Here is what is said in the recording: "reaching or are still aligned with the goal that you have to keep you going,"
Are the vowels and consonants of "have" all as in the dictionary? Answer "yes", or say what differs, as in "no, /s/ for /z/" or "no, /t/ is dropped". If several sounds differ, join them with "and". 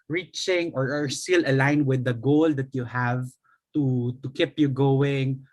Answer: yes